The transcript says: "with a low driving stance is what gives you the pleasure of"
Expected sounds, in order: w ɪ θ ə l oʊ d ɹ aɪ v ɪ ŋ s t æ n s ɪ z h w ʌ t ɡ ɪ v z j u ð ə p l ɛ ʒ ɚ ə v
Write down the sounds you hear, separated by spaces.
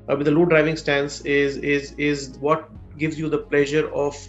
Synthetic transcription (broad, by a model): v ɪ ə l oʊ d ɹ aɪ v ɪ ŋ s t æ n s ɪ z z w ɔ t ɡ ɪ v z j u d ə p l ɛ ʒ ɚ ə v